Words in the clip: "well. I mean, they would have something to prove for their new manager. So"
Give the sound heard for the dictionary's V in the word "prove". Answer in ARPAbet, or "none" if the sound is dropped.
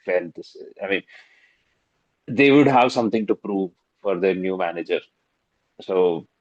V